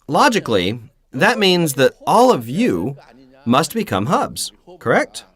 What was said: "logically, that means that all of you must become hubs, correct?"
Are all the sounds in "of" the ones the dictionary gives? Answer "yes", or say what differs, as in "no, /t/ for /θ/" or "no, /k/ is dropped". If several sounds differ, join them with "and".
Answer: yes